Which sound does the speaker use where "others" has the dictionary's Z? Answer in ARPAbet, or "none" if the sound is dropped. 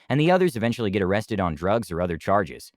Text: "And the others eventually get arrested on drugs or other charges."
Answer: Z